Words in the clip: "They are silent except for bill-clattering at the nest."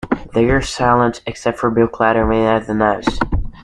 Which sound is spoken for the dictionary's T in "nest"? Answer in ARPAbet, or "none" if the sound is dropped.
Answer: none